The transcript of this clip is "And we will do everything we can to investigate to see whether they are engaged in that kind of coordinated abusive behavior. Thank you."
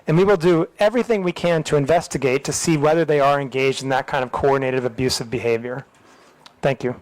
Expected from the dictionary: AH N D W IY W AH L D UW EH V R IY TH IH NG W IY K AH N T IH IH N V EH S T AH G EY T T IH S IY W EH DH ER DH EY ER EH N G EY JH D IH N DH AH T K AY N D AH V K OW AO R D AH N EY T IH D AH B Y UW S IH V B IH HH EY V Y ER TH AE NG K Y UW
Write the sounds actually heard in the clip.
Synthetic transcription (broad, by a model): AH N W IY W AH L D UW EH V R IY TH IH NG W IY K AH N T IH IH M V EH S T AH G EY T T IH S IY W EH DH ER DH EY ER EH N G EY JH D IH N DH AH T K AY N D AH V K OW AO R D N EY T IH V AH B Y UW S IH V B IH HH EY V Y ER TH AE NG K Y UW